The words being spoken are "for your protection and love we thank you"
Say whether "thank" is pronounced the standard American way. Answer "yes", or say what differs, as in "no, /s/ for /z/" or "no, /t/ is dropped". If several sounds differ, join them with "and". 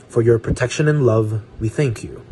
yes